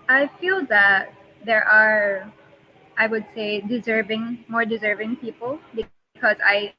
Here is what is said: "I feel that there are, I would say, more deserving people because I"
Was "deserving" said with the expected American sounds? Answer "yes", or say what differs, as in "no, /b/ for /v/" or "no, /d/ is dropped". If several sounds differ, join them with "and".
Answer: yes